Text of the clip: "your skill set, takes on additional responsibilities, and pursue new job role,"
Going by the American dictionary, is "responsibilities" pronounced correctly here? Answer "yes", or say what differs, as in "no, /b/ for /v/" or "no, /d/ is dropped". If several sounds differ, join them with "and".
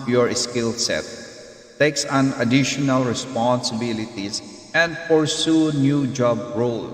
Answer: no, /s/ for /z/